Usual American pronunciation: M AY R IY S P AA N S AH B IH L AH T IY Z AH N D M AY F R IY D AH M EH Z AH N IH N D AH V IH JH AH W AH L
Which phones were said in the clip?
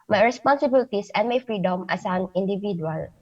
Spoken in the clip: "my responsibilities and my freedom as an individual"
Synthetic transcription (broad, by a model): M AY R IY S P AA N S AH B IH L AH T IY S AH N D M AY F R IY D AH M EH S AH N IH N D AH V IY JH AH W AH L